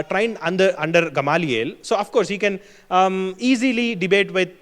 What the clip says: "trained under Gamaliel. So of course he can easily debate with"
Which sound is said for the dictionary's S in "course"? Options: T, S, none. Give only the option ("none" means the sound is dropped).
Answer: S